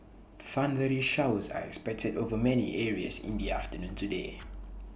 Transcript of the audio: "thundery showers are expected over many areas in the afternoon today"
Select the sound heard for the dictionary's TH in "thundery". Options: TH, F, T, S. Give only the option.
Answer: F